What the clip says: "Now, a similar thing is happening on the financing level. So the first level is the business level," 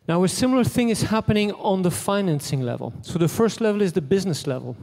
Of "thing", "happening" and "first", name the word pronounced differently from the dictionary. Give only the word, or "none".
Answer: none